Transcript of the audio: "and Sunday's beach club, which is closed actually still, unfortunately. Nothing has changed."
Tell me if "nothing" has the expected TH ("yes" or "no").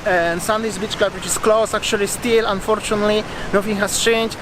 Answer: no